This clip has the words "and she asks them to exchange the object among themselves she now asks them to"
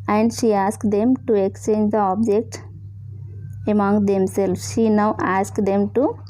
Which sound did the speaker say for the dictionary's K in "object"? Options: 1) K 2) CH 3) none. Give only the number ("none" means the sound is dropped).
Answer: 1